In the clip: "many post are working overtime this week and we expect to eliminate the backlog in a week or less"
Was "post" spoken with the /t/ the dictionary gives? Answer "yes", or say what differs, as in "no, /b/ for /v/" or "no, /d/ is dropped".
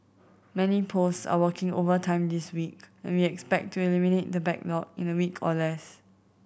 no, /t/ is dropped